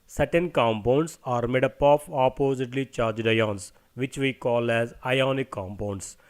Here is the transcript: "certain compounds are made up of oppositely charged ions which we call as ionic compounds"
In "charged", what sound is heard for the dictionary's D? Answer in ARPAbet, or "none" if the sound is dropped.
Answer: D